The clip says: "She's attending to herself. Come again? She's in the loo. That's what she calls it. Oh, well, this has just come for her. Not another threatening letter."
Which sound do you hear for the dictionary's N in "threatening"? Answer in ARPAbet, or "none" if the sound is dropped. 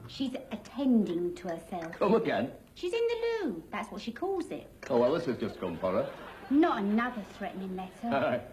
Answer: N